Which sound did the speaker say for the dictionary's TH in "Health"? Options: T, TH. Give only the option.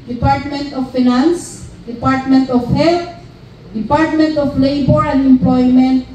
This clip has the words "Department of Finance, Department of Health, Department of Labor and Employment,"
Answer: T